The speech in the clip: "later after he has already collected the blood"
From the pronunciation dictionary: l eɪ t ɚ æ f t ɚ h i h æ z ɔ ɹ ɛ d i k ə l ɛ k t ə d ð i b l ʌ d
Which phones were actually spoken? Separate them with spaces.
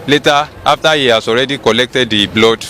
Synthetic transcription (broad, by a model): l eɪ t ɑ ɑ f t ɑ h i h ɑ s ɔ ɹ ɛ d i k ə l ɛ k t ə d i b l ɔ d